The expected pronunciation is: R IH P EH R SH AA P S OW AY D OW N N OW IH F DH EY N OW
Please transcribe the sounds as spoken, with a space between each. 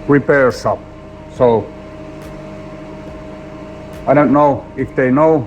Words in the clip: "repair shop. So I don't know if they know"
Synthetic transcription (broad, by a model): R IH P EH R S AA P S OW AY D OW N N OW IH F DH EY N OW